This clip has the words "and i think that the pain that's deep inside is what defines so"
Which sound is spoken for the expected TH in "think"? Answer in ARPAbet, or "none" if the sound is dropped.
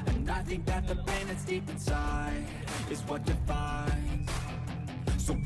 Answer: TH